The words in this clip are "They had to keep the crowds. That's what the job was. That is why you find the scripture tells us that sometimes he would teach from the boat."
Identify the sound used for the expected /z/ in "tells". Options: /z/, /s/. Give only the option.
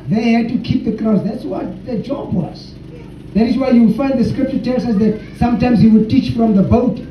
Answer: /s/